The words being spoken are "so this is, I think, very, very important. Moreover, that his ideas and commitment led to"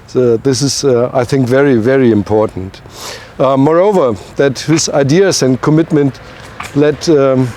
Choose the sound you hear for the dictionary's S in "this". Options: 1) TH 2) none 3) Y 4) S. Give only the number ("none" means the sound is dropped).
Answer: 4